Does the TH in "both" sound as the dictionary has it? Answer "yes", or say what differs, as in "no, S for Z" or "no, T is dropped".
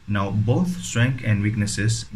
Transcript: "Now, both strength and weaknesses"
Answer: no, T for TH